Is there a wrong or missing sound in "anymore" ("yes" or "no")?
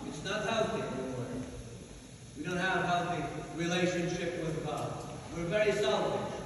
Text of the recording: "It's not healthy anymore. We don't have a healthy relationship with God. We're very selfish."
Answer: yes